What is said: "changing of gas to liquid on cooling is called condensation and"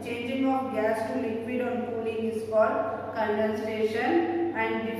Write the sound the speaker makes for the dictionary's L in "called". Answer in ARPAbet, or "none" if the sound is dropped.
none